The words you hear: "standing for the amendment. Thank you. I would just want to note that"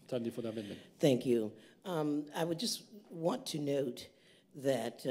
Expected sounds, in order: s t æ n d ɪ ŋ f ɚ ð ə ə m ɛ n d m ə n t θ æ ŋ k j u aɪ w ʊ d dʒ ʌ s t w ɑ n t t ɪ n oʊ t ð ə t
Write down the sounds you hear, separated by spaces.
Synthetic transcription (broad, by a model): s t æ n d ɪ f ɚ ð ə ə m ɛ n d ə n θ æ ŋ k j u aɪ w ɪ d dʒ ʌ s t w ɑ n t t ɪ n oʊ t ð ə t